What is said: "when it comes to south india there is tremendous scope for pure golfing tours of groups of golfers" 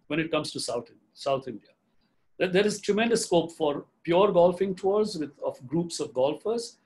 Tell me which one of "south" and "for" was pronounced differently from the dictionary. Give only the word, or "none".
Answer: south